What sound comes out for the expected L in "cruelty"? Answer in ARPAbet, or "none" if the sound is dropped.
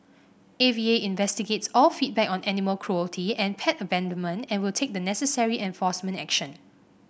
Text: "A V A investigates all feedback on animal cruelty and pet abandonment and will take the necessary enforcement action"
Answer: L